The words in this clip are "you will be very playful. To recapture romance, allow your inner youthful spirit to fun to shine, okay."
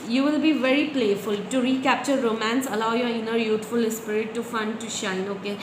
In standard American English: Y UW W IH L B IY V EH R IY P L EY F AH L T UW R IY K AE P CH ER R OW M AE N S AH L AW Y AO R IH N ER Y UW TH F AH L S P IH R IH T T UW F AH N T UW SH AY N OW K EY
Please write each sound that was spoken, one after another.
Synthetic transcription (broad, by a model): Y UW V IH L B IY V EH R IY P L EY F AH L T UW R IY K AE P CH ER R OW M AE N S AH L AW Y AO R IH N ER Y UW T F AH L S P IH R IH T T UW F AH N T UW SH AY N OW K EY